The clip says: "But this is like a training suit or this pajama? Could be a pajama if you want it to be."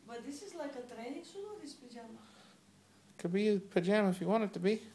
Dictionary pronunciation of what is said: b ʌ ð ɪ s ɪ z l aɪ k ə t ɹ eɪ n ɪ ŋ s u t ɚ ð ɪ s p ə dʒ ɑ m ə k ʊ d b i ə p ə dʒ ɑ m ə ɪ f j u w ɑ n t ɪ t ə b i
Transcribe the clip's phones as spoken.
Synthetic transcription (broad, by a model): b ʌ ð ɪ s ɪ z l aɪ k ə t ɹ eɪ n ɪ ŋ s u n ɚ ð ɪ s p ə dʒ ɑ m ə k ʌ b i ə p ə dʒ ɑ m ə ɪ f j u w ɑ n ɪ t ə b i